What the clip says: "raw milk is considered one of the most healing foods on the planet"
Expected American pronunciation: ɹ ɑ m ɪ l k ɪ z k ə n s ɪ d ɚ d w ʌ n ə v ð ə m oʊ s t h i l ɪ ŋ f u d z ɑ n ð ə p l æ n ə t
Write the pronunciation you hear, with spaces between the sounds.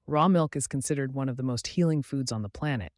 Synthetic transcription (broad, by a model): ɹ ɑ m ɪ l k ɪ z k n s ɪ d ɚ d w ʌ n ə v ð ə m oʊ s t h i l ɪ ŋ f u d z n ð ə p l æ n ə t